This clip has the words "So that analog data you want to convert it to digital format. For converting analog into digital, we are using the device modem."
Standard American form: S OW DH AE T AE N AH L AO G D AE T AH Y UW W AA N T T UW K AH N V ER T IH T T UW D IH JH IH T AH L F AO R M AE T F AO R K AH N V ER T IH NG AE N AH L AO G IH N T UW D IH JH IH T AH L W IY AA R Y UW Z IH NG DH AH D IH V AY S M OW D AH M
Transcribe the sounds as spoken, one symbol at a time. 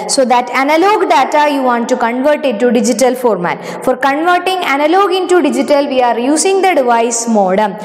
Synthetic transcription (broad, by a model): S OW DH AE T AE N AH L AO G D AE T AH Y UW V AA N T T UW K AH N V ER T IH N T UW D IH JH IH T AH L F AO R M AE T F AO R K AH N V ER T IH NG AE N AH L AO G IH N T UW D IH JH IH T AH L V IY AA R Y UW S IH NG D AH D IH V AY S M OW D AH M